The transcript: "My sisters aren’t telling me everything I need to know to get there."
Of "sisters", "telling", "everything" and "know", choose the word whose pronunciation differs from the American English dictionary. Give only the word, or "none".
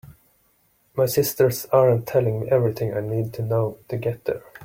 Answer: sisters